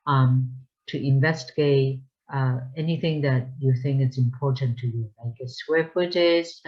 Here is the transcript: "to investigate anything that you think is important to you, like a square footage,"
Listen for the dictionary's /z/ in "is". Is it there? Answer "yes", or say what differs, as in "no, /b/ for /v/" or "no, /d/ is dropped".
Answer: no, /s/ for /z/